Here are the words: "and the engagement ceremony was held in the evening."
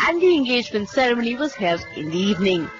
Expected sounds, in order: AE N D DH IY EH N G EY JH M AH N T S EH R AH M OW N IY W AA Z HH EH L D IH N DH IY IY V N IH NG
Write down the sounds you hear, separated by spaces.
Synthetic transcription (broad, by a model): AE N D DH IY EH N G EY JH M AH N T S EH R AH M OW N IY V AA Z HH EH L IH N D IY IY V N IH NG